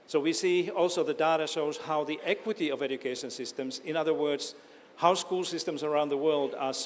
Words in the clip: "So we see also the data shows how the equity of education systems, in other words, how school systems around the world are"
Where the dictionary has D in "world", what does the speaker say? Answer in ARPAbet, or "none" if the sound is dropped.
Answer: D